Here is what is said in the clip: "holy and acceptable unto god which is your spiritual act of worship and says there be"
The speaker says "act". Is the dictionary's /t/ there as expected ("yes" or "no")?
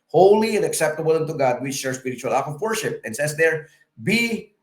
no